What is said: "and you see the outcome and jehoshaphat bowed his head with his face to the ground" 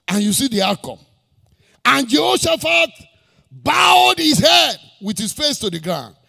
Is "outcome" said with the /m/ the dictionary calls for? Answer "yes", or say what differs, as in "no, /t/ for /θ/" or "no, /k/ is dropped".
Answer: no, /m/ is dropped